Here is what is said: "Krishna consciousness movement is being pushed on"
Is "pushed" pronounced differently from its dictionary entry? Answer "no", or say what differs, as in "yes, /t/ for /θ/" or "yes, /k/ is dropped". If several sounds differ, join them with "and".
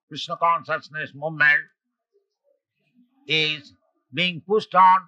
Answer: yes, /s/ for /ʃ/